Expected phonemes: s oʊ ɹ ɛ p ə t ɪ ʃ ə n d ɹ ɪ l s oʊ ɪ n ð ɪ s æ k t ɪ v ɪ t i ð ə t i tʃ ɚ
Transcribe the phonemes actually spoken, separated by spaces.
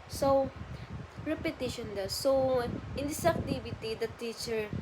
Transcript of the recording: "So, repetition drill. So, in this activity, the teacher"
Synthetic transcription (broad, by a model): s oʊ ɹ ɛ p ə t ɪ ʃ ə n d ʌ s oʊ ɪ n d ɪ s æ k t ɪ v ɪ t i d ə t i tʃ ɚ